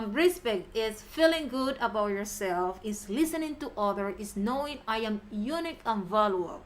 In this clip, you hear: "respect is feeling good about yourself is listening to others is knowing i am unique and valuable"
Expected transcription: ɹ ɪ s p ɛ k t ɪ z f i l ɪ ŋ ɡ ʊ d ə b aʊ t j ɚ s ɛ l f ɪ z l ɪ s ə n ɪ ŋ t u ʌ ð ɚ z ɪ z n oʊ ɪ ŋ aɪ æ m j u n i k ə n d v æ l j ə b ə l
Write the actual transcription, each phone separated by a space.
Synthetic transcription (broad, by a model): ɹ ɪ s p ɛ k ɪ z f i l ɪ ŋ ɡ ʊ d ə b aʊ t j ɚ s ɛ l f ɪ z l ɪ s ə n ɪ ŋ t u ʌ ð ɚ ɪ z n oʊ ɪ ŋ aɪ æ m j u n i k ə n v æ l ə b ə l